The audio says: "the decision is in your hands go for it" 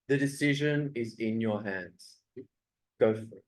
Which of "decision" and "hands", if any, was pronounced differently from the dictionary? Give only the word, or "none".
none